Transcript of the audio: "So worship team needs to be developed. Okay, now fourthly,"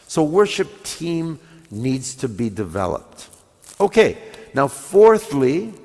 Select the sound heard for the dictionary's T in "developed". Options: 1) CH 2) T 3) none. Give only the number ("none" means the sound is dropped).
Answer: 2